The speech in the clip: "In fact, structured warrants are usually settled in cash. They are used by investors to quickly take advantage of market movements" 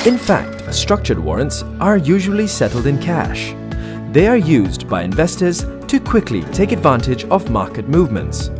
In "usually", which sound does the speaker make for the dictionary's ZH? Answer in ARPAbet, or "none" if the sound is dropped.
ZH